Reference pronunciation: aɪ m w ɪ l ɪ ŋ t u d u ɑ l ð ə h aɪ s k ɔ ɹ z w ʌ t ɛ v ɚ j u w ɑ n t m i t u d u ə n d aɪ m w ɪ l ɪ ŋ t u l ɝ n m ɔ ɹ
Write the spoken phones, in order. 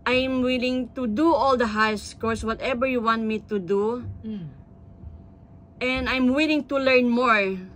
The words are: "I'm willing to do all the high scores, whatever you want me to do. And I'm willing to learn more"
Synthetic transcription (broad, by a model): aɪ m w ɪ l ɪ ŋ t u d u ɑ l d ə h aɪ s k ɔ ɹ s w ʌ t ɛ b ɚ j u w ɑ n t m i t u d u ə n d aɪ m w ɪ l ɪ ŋ t u l ɝ n m ɔ ɹ